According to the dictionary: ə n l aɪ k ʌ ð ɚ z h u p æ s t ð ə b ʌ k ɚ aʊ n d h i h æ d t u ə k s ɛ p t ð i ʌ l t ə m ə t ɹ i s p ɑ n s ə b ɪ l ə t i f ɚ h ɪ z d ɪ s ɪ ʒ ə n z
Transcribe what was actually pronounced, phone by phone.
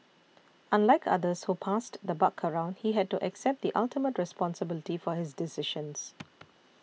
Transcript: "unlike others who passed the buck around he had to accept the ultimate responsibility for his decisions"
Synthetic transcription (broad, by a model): ə n l aɪ k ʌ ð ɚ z h u p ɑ s t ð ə b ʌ k ɚ aʊ n d h i h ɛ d t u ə k s ɛ p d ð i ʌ l t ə m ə t ɹ i s p ɑ n s ə b ɪ l ə t i f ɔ h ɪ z d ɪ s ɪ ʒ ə n s